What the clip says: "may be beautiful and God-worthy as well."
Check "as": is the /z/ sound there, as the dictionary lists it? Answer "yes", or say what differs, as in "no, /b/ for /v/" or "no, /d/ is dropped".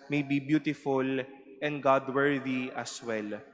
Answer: no, /s/ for /z/